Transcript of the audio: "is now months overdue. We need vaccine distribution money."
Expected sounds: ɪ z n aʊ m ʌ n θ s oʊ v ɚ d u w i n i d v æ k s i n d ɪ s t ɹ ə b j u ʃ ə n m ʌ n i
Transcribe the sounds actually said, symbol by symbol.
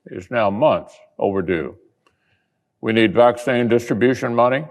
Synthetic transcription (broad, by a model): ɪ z n aʊ m ʌ n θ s oʊ v ɚ d u w i n i d v æ k s i n d ɪ s t ɹ ə b j u ʃ ə n m ʌ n i